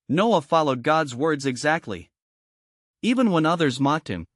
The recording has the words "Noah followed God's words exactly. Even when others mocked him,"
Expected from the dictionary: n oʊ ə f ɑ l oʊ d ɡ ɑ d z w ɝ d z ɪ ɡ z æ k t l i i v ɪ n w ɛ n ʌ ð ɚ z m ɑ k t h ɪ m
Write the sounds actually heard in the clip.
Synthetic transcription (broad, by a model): n oʊ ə f ɑ l oʊ d ɡ ɑ d z w ɝ d z ɪ ɡ z æ k t l i i v ɪ n w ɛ n ʌ ð ɚ z m ɑ k t h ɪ m